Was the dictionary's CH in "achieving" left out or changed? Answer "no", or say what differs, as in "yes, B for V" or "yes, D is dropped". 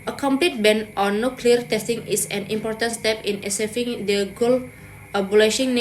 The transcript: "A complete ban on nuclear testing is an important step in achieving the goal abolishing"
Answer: yes, S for CH